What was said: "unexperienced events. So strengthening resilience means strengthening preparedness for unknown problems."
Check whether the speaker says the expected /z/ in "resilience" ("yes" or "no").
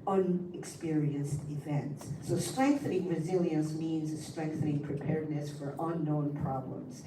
yes